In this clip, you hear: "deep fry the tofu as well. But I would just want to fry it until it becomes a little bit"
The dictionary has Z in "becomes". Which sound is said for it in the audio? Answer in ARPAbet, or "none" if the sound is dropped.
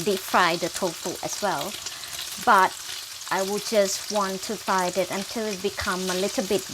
none